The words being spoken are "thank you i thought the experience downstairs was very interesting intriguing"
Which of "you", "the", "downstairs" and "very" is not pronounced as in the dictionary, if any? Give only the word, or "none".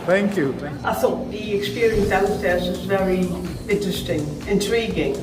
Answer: downstairs